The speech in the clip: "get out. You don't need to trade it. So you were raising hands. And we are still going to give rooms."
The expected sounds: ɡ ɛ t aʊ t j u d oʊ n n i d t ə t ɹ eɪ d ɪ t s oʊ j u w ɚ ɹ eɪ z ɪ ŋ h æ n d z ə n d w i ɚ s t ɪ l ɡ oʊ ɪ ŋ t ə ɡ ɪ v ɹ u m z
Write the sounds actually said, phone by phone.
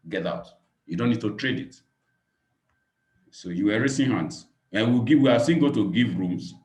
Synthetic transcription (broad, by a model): ɡ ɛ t aʊ t j u d oʊ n n i d t ə t ɹ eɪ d ɪ t s oʊ j u w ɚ ɹ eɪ s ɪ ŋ h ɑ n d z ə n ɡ w i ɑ s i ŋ ɡ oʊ t ə ɡ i v ɹ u m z